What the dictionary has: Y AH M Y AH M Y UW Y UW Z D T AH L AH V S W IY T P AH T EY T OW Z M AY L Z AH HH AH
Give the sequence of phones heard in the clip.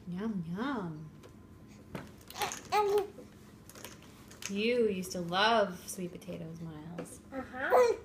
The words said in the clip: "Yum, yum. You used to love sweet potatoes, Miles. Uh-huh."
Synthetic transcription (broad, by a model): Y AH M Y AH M Y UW Y UW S T AH L AH V S W IY T P AH T EY T OW Z M AY L Z AH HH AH